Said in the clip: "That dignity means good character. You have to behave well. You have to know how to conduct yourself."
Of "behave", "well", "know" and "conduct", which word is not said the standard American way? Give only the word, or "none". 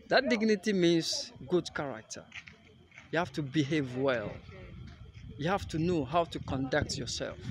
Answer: none